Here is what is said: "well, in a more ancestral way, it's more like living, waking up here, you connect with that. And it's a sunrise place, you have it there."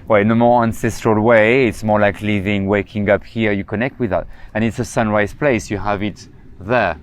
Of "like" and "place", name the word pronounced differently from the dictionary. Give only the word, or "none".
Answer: none